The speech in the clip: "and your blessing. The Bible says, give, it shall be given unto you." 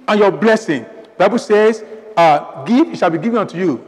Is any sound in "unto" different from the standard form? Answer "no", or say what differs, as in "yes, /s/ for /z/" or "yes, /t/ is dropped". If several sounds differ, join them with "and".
no